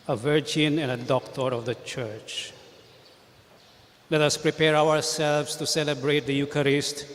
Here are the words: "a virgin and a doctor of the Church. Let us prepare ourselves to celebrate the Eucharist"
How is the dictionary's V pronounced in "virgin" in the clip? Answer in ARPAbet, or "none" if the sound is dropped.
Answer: V